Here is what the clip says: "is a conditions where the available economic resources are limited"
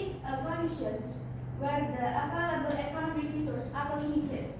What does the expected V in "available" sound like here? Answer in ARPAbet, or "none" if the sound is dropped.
F